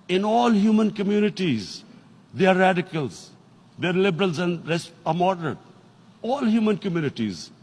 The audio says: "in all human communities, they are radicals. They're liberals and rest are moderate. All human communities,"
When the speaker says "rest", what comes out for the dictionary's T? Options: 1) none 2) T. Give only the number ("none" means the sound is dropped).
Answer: 1